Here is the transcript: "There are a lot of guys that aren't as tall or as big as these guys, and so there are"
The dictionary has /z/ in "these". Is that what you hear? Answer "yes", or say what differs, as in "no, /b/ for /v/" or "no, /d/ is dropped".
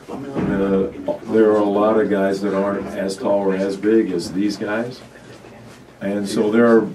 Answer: yes